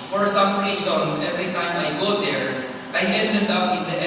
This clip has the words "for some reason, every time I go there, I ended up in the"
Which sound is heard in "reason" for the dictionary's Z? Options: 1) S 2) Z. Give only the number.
1